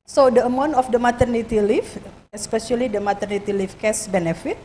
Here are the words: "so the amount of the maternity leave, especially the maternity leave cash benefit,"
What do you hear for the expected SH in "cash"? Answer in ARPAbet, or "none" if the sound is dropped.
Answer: S